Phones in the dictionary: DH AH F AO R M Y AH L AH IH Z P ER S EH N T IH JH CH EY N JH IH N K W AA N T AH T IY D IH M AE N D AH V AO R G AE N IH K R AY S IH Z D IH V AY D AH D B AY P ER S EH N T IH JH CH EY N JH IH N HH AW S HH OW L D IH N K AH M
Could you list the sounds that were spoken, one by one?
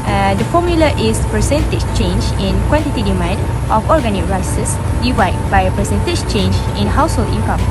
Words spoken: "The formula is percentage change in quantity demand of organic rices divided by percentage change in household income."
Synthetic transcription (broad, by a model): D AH F AO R M Y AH L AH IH S P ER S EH N T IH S CH EY N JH IH N K W AA N T AH T IY D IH M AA N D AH F AO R G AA N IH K R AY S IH S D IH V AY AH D B AY P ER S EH N T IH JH CH EY N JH IH N HH AW S HH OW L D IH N K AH M